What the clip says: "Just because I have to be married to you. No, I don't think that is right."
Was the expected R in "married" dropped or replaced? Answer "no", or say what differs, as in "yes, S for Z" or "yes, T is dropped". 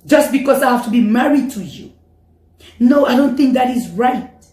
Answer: no